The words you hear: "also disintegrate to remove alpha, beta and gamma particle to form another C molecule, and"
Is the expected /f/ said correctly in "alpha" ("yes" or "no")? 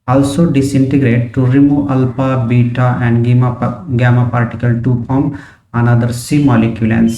no